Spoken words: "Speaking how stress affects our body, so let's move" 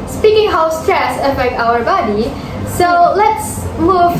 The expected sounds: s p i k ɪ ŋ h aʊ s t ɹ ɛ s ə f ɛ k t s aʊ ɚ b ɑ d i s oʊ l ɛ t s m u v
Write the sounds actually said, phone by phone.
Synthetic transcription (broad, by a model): s p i k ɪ ŋ h aʊ s t ɹ ɛ s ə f ɛ k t aʊ ɚ b ɑ d i s oʊ l ɛ t s m u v